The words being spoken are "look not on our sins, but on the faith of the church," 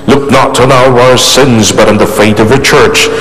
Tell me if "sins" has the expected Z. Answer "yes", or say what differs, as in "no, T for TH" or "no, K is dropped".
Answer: yes